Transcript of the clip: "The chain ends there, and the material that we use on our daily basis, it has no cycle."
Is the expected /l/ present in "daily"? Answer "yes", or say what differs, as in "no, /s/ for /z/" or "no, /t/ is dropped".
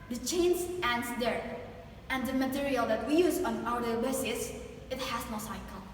no, /l/ is dropped